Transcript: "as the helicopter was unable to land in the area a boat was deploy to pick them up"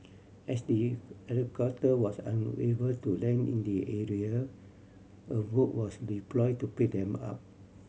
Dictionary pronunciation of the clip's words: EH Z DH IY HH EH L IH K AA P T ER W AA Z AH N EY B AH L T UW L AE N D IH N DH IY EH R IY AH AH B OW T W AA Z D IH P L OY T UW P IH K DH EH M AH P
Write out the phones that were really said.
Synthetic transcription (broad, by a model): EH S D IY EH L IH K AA T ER W AA S AH N EY B AH L T UW L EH N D IH N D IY EH R IY AH AH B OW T W AA S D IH P L OY T UW P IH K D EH M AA P